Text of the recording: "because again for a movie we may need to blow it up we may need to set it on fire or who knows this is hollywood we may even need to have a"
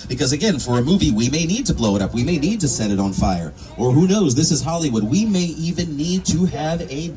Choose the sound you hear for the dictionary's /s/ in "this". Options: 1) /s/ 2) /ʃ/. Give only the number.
1